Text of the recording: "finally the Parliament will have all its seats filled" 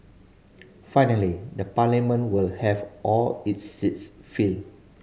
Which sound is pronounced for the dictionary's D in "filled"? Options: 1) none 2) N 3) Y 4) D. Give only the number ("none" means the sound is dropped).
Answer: 1